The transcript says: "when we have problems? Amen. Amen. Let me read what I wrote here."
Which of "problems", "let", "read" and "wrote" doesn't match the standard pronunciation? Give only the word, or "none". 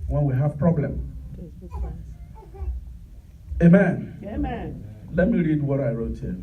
problems